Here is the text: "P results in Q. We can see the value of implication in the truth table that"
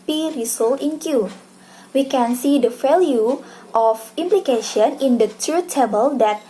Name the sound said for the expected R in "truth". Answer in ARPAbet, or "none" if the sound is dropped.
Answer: none